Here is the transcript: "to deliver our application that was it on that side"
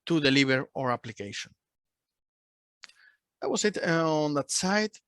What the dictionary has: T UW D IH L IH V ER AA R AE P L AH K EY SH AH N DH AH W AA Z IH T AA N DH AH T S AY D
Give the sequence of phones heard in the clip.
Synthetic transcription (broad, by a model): T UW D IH L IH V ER AA R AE P L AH K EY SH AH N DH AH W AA S IH T AA N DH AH T S AY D